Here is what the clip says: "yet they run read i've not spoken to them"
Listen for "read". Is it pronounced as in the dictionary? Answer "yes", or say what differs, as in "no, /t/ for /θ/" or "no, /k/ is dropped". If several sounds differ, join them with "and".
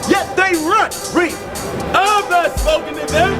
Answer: no, /d/ is dropped